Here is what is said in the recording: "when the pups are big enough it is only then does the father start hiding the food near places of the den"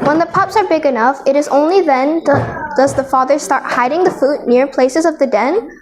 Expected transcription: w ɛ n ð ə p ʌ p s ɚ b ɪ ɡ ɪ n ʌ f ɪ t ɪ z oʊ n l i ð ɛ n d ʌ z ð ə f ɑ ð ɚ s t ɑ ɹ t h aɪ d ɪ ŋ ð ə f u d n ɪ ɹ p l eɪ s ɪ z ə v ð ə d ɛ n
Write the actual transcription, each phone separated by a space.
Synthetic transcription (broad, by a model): w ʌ n ð ə p ʌ p s ɚ b ɪ ɡ ɪ n ʌ f ɪ t ɪ z oʊ n l i ð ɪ n d ʌ z ð ə f ɑ ð ɚ s t ɑ ɹ t h aɪ d ɪ ŋ ð ə f u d n ɪ ɹ p l eɪ s ɪ z ə v ð ə d ɛ n